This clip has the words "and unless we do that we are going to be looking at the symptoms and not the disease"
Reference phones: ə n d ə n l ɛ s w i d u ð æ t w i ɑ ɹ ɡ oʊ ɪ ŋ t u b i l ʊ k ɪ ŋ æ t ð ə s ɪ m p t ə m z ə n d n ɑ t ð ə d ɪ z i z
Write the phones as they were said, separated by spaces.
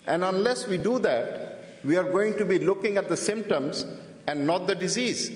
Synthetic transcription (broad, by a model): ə n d ə n l ɛ s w i d u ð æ t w i ɑ ɹ ɡ oʊ ɪ ŋ t u b i l ʊ k ɪ ŋ æ t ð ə s ɪ m p t ə m z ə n d n ɑ t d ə d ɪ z i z